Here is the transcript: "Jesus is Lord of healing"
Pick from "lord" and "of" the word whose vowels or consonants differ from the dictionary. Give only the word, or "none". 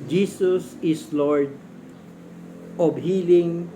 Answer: of